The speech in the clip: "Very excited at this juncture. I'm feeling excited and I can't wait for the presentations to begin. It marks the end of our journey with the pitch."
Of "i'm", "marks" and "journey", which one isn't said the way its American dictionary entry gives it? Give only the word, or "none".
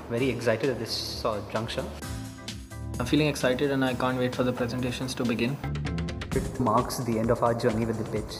none